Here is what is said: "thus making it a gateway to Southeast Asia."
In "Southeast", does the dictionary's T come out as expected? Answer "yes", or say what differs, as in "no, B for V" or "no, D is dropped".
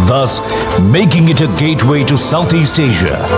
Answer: yes